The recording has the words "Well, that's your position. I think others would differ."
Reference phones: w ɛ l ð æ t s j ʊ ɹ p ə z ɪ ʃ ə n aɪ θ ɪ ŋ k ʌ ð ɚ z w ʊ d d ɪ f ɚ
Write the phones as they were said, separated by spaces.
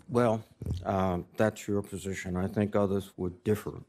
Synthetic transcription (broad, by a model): w ɛ l ð æ t s j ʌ ɹ p ə z ɪ ʃ ə n aɪ θ ɪ ŋ k ʌ ð ɚ z w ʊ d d ɪ f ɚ